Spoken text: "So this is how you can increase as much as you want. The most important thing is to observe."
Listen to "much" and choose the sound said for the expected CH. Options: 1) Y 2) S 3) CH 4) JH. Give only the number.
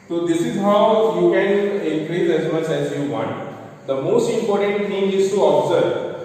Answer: 3